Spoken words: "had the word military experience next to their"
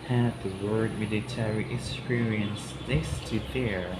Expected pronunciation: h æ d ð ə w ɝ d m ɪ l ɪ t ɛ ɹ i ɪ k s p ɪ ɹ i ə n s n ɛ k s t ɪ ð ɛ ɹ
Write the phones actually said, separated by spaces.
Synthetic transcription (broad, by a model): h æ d ð ə w ɝ d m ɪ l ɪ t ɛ ɹ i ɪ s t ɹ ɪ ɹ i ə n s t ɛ s t ɪ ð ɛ ɹ